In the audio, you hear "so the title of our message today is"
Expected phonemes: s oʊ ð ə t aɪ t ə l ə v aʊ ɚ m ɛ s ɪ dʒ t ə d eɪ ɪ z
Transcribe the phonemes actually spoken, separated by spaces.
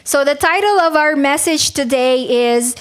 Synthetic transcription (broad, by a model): s oʊ ð ə t aɪ t l ə v aʊ ɚ m ɛ s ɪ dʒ t ə d eɪ ɪ z